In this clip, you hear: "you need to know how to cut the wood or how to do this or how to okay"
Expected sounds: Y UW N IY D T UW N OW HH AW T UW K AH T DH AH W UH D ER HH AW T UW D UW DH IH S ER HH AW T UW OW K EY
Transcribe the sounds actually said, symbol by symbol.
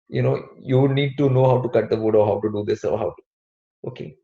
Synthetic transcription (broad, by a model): Y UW N IY D T UW N OW HH AW T UW K AH T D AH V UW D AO HH AW T UW D UW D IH S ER HH AW T UW OW K EY